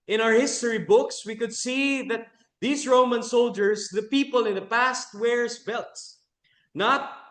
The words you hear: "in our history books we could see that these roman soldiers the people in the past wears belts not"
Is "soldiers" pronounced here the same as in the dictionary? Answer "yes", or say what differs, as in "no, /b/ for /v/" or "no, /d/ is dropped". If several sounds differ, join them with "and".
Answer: no, /s/ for /z/